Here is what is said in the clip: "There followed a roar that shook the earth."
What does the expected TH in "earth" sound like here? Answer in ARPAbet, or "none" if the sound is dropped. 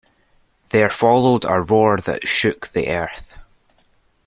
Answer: TH